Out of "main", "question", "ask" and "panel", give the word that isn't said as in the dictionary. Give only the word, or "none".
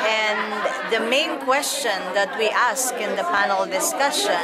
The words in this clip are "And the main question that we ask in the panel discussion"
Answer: none